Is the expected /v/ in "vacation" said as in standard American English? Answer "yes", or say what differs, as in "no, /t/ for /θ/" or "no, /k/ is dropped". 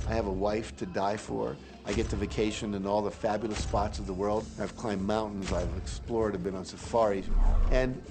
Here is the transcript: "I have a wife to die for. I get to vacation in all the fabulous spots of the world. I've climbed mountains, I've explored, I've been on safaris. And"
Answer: yes